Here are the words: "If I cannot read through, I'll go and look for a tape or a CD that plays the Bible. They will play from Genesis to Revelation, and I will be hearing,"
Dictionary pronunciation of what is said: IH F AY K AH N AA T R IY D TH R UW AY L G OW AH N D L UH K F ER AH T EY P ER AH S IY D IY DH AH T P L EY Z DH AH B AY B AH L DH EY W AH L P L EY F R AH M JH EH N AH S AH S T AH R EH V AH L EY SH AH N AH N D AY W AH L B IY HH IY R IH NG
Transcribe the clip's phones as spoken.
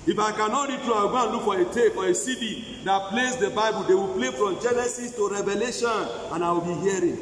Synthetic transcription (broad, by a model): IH F AY K AH N AA T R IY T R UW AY W G OW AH N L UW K F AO AH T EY F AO AH S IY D IY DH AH T P L EY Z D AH B AY B AH L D EY W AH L P L EY F R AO M JH EH N AH S AH S T AH R EH V AH L EY SH AH N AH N AY W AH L B IY HH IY R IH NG